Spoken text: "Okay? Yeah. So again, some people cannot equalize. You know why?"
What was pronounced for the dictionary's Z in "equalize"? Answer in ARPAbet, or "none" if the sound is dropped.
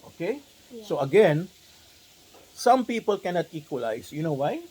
S